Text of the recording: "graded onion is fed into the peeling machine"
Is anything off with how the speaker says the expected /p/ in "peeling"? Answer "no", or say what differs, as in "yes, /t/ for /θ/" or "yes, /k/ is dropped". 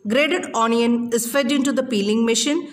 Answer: no